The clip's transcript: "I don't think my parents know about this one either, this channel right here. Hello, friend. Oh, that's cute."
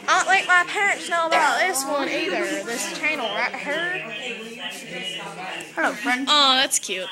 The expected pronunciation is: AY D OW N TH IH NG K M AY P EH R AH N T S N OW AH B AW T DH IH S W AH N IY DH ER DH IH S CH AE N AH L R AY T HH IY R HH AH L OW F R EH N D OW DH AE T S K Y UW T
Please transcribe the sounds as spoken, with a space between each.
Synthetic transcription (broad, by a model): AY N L IH K M AY P EH R AH N T S N OW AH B AW T DH IH S W AH N IY DH ER DH IH S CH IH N L R AY T HH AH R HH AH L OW F R EH N D OW DH AE T S K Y UW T